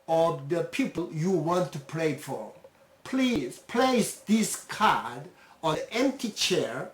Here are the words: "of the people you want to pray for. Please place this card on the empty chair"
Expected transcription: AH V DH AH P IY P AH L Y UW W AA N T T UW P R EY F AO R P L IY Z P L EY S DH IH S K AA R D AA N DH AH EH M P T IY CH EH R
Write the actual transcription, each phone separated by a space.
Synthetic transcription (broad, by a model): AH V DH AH P IY P AH L Y UW W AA N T T UW P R EY F AO R P L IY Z P L EY S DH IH S K AA R D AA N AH EH M P T IY CH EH R